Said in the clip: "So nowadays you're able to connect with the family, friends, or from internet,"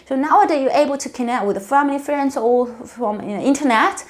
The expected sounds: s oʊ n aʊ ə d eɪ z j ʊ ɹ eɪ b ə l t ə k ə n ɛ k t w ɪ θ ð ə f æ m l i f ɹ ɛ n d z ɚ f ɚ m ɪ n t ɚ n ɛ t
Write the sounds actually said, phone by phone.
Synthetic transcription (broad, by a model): s oʊ n aʊ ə d eɪ j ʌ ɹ eɪ b ə l t ə k ə n ɛ k t w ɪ ð ə f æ m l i f ɹ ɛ n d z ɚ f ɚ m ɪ n t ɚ n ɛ t